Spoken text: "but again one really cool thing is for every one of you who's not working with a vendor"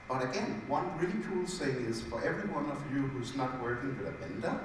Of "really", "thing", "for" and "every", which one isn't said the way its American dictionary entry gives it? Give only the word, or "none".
thing